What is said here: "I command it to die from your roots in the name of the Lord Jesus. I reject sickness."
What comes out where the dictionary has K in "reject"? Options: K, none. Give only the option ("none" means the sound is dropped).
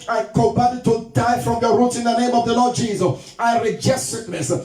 none